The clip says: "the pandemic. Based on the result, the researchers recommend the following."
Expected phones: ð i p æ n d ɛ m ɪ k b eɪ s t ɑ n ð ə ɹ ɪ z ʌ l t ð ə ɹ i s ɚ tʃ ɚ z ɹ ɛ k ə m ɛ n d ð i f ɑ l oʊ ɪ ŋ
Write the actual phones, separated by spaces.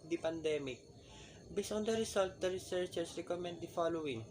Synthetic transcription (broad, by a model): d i p æ n d ɛ m ɪ k b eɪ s ɑ n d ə ɹ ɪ s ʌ l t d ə ɹ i s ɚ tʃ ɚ s ɹ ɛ k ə m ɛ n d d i f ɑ l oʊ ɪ ŋ